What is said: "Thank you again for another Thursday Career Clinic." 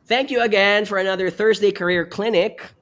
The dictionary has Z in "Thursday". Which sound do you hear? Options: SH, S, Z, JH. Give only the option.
Z